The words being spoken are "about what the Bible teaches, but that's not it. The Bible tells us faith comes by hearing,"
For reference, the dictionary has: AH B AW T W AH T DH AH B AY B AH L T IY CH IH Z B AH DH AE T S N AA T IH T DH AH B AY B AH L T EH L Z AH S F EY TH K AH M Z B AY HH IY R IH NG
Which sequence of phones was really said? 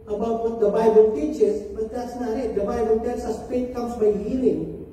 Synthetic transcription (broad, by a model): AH B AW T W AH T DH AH B AY B AH L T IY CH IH S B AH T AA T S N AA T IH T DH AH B AY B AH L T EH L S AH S P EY T K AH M S B AY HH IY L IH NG